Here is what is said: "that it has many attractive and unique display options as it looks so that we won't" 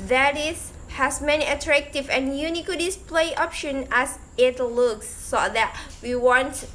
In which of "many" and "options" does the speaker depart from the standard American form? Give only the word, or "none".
options